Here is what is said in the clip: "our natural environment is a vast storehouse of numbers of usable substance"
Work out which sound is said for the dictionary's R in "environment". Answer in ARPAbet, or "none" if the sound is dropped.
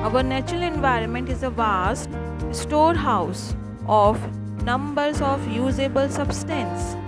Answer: R